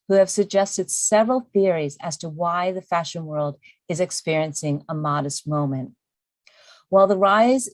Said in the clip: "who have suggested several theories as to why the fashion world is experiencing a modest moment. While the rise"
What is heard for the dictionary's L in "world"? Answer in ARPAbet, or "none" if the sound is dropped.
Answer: L